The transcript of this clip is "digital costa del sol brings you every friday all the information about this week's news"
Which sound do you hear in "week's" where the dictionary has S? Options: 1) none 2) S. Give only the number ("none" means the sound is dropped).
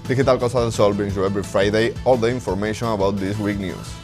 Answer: 1